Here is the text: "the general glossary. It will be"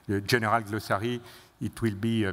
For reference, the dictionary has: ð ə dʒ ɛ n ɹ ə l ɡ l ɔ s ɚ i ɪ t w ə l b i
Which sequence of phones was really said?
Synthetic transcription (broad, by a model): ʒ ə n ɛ ɹ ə l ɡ l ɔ s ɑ i ɪ t w ə l b i